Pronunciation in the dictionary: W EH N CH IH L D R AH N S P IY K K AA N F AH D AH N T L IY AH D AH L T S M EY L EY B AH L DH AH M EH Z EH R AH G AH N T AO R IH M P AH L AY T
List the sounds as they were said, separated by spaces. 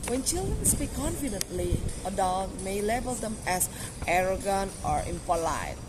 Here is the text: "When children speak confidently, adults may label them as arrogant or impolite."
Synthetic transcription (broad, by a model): W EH N CH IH L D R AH N S P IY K K AA N F AH D AH N T L IY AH D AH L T M EY L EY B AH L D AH M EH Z EH R AH G AH N T AO R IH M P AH L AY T